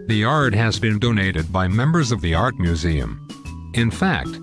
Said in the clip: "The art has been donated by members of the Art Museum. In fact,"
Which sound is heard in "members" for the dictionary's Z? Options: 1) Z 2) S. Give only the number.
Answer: 1